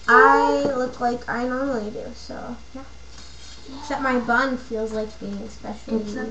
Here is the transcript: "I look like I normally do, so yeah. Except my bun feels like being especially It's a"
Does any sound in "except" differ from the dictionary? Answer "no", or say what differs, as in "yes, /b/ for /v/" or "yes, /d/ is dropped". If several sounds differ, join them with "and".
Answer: yes, /p/ is dropped